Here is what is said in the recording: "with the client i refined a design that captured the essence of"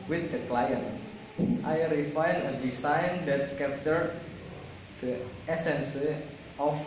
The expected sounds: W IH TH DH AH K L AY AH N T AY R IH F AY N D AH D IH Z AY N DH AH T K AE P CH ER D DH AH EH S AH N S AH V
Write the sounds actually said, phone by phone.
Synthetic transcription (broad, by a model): W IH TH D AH K L AY AH N T AY R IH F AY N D AH D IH S AY N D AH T K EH P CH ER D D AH EH S AH N S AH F